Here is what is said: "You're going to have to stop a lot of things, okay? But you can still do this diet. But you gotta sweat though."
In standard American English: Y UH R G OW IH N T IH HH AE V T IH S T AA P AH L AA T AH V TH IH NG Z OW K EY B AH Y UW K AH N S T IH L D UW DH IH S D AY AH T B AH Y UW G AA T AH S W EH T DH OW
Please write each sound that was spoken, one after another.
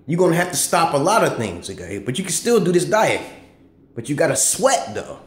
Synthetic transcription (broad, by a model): Y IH G OW IH N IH HH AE F T IH S T AA P AH L AA T AH V TH IH NG Z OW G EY B AH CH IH K AH N S T IH L D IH DH IH S D AY AH T B AH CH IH G AA T AH S W EH T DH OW